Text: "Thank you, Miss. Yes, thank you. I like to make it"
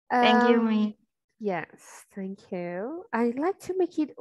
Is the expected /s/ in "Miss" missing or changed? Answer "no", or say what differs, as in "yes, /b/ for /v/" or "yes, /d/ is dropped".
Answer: yes, /s/ is dropped